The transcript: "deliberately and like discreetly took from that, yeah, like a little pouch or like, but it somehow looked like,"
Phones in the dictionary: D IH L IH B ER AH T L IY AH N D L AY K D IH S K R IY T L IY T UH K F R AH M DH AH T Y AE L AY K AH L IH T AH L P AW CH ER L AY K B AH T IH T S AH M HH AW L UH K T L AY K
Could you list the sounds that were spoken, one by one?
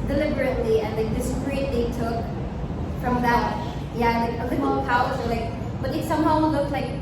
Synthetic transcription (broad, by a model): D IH L IH B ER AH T L IY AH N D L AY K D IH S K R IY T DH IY T UH K F R AH M DH AH T Y AE L AY K AH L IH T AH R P AW ER L AY K B AH T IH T S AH M HH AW L UH K T L AY K